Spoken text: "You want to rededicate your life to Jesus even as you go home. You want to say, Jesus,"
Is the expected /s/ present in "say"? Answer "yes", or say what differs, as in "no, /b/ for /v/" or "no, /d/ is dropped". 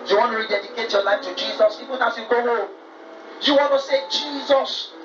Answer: yes